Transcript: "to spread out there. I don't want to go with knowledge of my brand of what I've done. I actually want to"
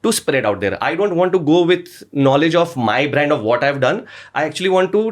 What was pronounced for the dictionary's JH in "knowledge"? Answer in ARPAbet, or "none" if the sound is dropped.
JH